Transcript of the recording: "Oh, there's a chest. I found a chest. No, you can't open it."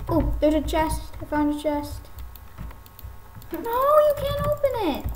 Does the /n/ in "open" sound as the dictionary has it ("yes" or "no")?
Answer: yes